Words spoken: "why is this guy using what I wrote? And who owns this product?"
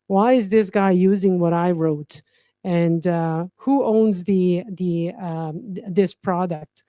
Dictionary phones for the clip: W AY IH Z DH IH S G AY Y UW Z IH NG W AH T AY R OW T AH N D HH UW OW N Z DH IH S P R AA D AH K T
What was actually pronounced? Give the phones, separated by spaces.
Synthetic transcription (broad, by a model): W AY IH Z DH IH S G AY Y UW Z IH NG W AH T AY R OW T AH N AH HH UW OW N Z DH IH S P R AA D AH K T